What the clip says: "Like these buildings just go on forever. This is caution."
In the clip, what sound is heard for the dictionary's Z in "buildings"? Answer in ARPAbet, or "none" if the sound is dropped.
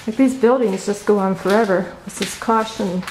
Z